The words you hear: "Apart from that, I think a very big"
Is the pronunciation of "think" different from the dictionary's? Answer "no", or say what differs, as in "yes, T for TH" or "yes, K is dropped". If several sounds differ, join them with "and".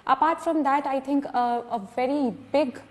yes, T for TH